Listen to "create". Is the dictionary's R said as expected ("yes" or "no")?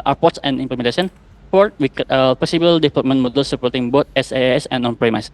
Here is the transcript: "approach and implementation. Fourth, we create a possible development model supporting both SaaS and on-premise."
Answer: no